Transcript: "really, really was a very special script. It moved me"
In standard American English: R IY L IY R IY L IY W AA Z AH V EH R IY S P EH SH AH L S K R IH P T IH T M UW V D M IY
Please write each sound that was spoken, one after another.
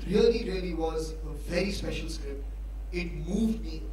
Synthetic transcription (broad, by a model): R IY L IY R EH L IY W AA Z AH V EH R IY S P EH SH AH L S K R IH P IH T M UW V D M IY